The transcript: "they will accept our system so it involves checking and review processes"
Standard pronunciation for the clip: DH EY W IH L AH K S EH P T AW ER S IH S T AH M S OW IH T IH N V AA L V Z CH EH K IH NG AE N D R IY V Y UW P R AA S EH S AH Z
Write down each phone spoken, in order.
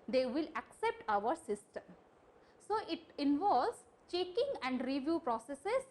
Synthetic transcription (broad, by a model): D EY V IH L AH K S EH P T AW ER S IH S T AH M S OW IH T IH N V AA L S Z CH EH K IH NG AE N D R IY V Y UW P R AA S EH S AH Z